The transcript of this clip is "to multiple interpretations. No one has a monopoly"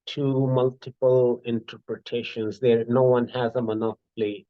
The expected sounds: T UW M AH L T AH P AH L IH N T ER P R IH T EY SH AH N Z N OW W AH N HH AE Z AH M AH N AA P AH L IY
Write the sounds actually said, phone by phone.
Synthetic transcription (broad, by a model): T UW M AH L T AH P AH L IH N T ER P R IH T EY SH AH N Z N OW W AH N HH AE Z AH M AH N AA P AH L IY